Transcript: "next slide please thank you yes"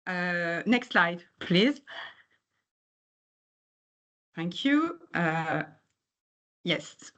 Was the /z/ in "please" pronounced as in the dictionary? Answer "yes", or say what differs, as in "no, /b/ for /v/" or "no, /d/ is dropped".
yes